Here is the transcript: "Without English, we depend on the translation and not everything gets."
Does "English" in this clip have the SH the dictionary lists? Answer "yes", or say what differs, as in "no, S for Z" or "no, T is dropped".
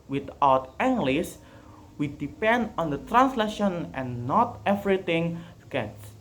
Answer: no, S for SH